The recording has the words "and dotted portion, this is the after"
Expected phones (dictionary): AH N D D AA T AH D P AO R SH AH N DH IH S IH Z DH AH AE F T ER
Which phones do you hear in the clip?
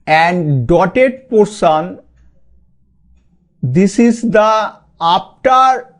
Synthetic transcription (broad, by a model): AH N D D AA T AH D P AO R S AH N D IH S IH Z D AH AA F T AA